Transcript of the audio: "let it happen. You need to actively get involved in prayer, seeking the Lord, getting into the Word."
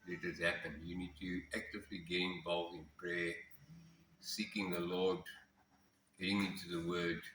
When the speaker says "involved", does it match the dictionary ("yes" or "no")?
no